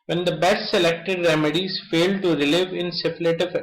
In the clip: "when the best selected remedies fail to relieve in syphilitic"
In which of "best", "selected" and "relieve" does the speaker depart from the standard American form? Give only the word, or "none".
best